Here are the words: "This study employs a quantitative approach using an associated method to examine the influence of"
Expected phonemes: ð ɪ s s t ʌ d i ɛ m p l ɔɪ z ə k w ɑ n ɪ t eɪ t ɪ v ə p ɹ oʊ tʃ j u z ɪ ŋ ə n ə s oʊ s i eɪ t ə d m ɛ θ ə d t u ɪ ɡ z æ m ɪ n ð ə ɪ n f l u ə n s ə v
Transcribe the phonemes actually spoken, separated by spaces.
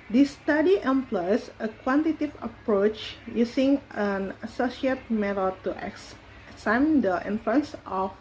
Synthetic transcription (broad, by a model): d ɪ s s t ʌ d i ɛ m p l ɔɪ s ə k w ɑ n t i t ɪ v ə p ɹ oʊ tʃ j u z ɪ ŋ ə n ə s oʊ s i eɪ t m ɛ t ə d t u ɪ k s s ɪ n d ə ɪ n f l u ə n s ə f